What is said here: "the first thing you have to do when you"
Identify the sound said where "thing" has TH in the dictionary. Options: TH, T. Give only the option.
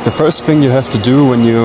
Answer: TH